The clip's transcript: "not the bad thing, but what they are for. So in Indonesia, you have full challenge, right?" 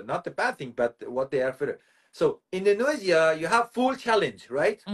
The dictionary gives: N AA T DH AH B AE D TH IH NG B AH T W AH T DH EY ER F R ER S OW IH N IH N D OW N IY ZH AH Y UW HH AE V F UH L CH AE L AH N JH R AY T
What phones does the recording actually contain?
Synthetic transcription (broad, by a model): N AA T DH AH B AE D TH IH NG B AH T W AH T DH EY ER F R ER S OW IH N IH N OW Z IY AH Y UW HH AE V F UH L CH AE L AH N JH R AY T